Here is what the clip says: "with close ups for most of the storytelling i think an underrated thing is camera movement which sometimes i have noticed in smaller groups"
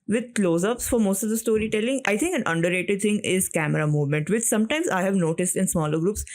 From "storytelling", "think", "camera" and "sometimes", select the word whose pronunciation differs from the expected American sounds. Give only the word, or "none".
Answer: think